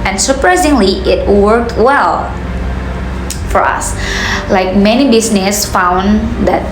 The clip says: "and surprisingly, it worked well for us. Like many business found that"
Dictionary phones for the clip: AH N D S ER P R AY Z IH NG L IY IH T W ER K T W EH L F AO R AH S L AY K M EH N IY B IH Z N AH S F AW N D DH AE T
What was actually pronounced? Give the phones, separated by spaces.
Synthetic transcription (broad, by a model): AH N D S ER P R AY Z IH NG L IY IH T W ER K T W EH L F AO R AH S L AY K M EH N IY B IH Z N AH S F AW N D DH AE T